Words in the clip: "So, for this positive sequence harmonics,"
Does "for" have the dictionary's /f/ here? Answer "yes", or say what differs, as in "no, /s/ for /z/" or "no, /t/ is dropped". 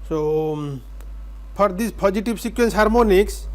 no, /p/ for /f/